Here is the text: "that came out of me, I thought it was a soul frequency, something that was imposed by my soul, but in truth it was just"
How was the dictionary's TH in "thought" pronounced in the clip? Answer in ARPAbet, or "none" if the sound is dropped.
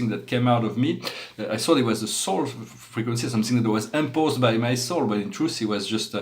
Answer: S